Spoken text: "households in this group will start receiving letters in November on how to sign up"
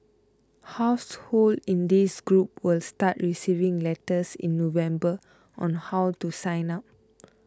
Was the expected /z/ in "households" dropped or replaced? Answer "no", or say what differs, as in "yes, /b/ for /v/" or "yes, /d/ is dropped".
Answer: yes, /z/ is dropped